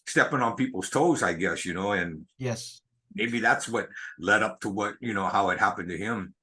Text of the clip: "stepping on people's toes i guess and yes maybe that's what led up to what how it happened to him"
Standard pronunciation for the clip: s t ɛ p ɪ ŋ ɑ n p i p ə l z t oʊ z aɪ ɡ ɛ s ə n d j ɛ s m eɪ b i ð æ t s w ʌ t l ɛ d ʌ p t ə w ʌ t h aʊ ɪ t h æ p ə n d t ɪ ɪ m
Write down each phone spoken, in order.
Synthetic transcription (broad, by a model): s t ɛ p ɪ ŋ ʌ n p i p l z t oʊ z aɪ ɡ ɛ s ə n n j ɛ s m eɪ b i ð æ t s w ʌ t l ɛ d ʌ p t ə w ʌ t h aʊ ɪ t h æ p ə n t ɪ ɪ m